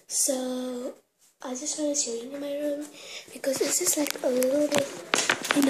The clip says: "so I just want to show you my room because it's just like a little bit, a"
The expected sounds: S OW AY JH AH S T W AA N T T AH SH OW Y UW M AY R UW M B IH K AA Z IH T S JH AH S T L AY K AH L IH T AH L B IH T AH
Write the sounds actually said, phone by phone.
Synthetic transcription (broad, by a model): S OW AY JH AH S T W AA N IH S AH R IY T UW M AY R UW M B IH K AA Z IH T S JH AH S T L AY K AH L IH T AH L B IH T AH